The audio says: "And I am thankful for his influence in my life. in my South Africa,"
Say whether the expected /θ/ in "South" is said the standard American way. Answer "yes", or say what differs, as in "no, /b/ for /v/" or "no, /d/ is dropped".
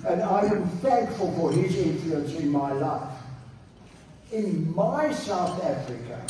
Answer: yes